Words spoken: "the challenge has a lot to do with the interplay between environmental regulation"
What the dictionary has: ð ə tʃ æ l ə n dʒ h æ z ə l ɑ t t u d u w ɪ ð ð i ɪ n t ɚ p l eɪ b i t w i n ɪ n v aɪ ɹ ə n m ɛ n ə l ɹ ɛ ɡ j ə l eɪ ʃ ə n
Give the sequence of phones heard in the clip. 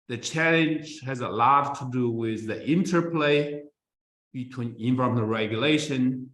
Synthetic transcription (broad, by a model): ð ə tʃ æ l ə n dʒ h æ z ə l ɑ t t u d u w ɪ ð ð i ɪ n t ɚ p l eɪ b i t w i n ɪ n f ɹ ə m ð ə ɹ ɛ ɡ j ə l eɪ ʃ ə n